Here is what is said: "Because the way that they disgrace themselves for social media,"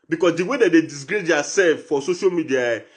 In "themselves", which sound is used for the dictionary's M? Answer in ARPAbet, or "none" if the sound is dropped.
none